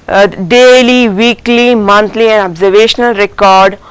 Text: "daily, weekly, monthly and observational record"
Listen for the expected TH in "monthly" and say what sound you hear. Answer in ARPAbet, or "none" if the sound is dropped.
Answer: T